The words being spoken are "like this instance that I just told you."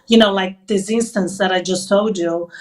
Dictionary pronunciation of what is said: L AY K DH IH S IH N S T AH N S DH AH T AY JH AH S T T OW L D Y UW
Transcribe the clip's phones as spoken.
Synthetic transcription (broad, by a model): L AY K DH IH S IH N S T AH N S DH AH T AY JH AH S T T OW D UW